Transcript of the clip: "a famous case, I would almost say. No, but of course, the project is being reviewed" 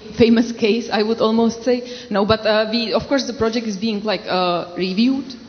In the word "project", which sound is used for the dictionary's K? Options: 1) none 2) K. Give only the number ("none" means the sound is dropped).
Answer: 2